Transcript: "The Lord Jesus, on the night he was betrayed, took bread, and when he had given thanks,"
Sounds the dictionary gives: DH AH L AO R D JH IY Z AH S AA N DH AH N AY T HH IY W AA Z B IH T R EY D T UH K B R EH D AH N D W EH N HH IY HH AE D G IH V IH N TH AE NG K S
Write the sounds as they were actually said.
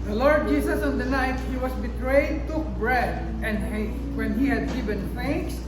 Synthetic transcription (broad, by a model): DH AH L AO R D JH IY S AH S AA N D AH N AY T HH IY W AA S B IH T R EY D T UH K B R EH D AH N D W EH N HH IY HH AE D G IH V IH N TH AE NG K S